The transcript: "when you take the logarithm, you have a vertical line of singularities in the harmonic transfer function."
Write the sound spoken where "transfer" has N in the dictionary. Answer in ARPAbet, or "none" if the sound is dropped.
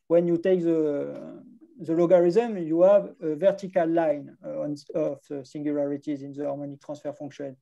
none